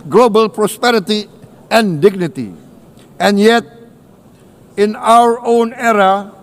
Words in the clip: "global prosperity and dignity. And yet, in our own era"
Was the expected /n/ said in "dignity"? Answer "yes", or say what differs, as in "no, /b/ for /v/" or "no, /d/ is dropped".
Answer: yes